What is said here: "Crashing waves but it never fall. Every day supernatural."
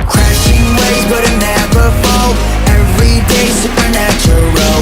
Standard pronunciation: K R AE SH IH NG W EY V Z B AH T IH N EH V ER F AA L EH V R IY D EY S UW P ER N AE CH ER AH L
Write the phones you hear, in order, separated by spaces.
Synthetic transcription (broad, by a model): K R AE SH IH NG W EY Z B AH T IH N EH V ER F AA L EH V R IY D EY S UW P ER N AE CH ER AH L